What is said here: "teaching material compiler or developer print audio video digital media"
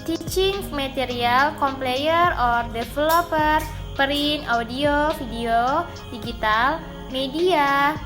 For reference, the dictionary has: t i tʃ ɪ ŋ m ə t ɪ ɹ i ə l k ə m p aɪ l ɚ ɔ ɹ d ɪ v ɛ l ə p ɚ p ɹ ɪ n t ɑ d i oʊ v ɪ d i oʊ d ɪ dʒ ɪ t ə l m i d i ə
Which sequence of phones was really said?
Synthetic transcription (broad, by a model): t i tʃ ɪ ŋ m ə t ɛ ɹ i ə l k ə m p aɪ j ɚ ɔ ɹ d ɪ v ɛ l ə p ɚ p ɹ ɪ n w d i oʊ f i d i oʊ d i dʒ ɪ t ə l m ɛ d i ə